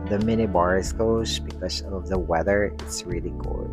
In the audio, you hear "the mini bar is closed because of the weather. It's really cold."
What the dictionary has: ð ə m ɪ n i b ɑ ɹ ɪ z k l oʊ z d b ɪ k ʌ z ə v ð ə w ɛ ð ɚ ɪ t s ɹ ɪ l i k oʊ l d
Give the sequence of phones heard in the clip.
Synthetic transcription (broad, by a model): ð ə m ɪ n i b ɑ ɹ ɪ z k oʊ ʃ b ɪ k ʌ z ə v ð ə w ɛ ð ɚ ɪ t s ɹ ɪ l i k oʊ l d